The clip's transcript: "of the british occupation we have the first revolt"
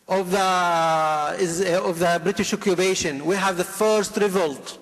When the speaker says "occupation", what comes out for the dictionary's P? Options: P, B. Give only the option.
B